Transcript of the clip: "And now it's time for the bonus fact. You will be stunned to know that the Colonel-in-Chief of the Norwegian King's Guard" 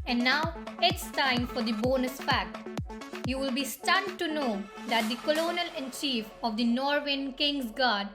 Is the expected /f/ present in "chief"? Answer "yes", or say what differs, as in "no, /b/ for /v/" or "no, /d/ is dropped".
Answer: yes